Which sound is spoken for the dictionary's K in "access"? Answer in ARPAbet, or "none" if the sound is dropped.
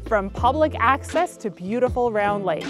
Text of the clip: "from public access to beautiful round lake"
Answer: K